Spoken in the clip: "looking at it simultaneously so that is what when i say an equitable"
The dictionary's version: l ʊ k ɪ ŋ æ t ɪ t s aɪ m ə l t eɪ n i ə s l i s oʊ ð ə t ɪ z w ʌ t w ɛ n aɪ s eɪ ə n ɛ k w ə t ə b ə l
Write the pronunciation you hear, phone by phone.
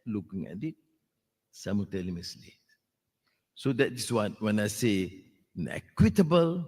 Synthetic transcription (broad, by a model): l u k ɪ ŋ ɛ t ɪ t s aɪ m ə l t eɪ l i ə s l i s oʊ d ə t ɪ s w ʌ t w ɛ n aɪ s eɪ ə n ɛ k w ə t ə b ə l